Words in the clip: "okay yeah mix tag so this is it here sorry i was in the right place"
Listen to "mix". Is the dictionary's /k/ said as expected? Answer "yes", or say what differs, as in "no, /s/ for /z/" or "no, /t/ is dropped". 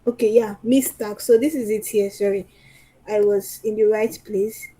no, /k/ is dropped